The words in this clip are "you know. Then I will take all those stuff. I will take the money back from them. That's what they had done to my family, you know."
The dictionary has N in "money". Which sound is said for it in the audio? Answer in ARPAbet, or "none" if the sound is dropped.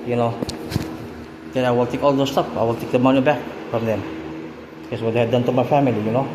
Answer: N